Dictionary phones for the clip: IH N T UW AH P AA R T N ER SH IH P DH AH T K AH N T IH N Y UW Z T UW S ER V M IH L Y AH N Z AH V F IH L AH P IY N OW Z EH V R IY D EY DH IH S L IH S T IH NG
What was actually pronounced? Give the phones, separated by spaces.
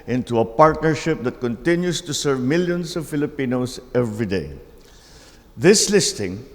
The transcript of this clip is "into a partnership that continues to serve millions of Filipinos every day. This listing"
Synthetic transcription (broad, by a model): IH N T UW AH P AA R T N ER SH IH P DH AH T K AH N T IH N Y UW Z T UW S ER V M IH L Y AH N S AH V F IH L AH P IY N OW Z EH V R IY D EY DH IH S L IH S T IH NG